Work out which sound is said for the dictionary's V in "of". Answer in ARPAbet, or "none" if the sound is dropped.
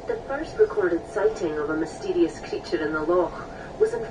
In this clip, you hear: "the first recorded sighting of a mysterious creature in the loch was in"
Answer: V